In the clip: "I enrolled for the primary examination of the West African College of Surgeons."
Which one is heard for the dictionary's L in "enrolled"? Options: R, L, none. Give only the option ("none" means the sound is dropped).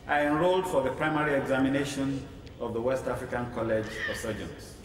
L